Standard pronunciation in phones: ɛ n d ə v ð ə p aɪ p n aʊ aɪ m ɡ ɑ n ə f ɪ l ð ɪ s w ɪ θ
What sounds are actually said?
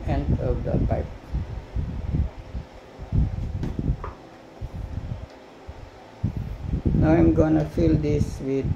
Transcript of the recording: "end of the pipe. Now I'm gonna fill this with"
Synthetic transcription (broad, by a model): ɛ n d ə v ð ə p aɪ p n aʊ aɪ m ɡ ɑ n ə f ɪ l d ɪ s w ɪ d